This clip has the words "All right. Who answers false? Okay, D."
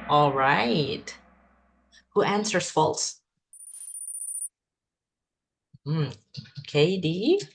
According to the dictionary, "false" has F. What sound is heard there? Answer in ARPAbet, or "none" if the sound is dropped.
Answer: F